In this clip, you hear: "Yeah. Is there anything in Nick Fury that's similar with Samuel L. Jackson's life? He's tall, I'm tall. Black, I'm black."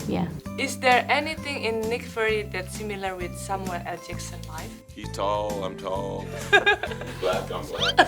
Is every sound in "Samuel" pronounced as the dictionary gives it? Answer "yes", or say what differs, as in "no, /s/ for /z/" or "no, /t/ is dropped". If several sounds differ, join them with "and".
no, /n/ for /l/